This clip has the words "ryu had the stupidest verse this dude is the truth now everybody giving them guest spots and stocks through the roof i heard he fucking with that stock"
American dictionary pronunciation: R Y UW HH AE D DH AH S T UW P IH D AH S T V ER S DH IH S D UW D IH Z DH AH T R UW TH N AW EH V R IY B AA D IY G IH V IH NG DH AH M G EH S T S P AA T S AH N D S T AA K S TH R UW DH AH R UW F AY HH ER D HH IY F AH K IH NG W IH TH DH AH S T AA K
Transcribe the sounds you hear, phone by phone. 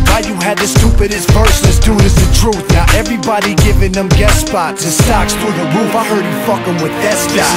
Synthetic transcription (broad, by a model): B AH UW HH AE D DH AH S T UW P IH D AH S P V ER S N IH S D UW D IH Z DH AH T R UW TH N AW EH V R IY B AA D IY G IH V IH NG DH AH M G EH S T S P AA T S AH S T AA K S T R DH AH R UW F AY HH ER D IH F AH K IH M W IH DH AH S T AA